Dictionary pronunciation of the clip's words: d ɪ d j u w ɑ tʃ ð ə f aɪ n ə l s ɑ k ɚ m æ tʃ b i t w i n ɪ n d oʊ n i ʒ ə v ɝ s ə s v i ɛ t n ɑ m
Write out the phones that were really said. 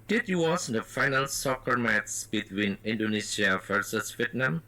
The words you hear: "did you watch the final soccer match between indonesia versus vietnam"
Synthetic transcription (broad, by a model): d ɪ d j u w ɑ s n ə f aɪ n ə l s ɑ k ɚ m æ s b i t w i n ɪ n d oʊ n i s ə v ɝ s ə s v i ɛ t n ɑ m